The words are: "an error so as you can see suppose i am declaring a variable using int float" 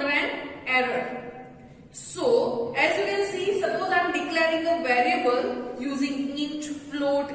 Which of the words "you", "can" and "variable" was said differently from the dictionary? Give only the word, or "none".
can